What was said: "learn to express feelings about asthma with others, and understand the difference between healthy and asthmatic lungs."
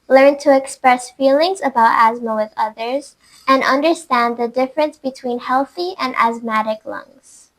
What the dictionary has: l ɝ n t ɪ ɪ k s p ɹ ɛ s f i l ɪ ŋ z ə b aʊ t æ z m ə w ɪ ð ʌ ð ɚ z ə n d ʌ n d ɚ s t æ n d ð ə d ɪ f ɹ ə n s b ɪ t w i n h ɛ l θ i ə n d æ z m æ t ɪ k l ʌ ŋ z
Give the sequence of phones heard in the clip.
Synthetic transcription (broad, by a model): l ɝ n t ɪ ɪ k s p ɹ ɛ s f i l ɪ ŋ z ə b aʊ t æ z m ə w ɪ ð ʌ ð ɚ z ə n ʌ n d ɚ s t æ n ð ə d ɪ f ɹ ə n s b ɪ t w i n h ɛ l θ i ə n æ z m æ t ɪ k l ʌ ŋ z